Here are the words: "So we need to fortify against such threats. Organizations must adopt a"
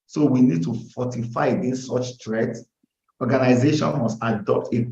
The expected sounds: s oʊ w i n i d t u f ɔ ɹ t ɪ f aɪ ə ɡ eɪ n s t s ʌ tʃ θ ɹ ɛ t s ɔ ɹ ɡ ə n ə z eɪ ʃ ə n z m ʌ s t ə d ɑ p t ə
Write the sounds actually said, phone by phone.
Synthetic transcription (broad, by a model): s oʊ w i n i d t u f ɔ t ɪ f aɪ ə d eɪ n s s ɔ tʃ t ɹ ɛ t ɔ ɡ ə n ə z eɪ ʃ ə n m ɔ s t ə d ɑ p t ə